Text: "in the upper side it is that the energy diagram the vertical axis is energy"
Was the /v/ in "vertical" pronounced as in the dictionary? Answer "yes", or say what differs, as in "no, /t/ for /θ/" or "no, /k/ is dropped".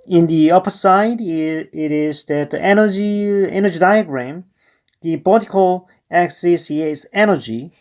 no, /b/ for /v/